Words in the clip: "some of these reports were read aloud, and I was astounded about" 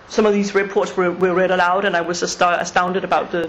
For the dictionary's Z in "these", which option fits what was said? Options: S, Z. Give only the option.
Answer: Z